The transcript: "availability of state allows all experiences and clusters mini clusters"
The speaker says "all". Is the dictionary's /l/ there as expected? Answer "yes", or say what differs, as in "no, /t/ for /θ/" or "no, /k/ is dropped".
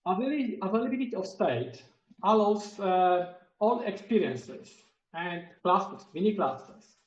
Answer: yes